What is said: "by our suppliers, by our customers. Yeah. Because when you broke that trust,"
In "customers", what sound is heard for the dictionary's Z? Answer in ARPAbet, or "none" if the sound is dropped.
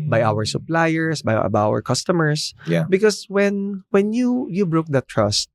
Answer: S